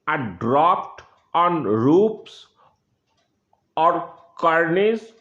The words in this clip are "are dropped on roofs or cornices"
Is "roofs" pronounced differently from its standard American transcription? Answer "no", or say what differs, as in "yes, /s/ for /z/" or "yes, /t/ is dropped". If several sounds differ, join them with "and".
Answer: yes, /p/ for /f/